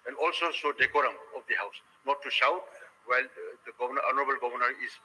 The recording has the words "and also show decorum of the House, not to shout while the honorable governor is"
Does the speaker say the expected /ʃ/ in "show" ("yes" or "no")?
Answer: no